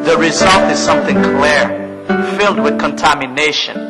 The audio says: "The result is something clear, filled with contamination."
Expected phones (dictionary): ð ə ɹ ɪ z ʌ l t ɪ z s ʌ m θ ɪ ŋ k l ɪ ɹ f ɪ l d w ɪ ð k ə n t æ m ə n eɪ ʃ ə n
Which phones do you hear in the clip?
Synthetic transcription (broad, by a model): ð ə ɹ ɪ z ʌ l t ɪ z s ʌ m θ ɪ ŋ k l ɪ ɹ f ɪ l d w ɪ ð k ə n t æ m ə n eɪ ʃ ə n